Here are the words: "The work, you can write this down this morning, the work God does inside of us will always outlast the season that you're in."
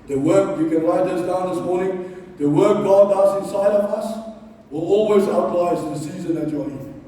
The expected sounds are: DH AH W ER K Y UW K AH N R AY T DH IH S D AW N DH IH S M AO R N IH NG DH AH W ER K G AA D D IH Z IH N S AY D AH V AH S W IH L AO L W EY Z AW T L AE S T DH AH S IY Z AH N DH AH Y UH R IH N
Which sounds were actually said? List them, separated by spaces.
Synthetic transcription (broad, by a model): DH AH W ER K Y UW K AH N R AY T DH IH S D AW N DH IH S M AO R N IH NG DH AH W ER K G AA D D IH S IH N S AY D AH V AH S W IH L AO L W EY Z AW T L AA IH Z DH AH S IY Z AH N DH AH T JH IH